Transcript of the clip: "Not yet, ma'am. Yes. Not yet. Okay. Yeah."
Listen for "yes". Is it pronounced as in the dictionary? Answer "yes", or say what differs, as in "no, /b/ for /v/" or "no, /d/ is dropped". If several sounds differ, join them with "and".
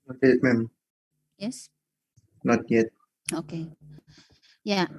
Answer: yes